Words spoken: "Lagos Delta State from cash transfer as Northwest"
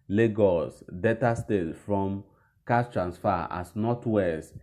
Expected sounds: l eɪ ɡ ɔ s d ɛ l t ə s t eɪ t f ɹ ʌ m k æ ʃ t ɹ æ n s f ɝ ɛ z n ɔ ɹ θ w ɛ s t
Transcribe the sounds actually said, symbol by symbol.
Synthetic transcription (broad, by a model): l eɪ ɡ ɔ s d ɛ t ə s t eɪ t f ɹ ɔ m k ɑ s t ɹ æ n s f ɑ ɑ s n ɔ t w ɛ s